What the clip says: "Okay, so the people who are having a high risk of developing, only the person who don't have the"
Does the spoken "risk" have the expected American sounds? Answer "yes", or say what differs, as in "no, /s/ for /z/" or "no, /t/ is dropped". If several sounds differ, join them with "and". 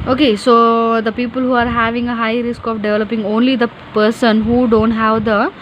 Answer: yes